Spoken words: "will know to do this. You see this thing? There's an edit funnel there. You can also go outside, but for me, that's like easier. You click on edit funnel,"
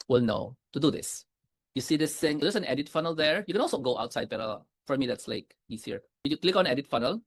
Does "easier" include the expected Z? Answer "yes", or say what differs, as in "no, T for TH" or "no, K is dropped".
no, S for Z